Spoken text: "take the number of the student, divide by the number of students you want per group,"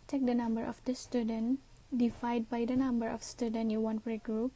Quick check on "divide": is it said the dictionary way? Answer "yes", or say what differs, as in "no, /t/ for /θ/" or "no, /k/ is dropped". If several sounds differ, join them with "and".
no, /f/ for /v/